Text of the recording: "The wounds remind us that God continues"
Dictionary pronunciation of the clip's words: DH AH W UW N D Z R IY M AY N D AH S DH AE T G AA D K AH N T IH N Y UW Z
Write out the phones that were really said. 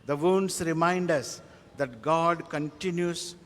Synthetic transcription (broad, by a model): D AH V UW N D S R IY M AY N D AH S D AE T G AA D K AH N T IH N Y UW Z